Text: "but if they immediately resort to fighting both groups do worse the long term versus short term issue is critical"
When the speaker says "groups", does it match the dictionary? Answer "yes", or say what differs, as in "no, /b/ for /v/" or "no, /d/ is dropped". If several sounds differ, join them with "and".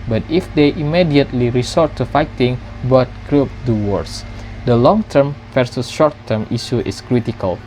no, /s/ is dropped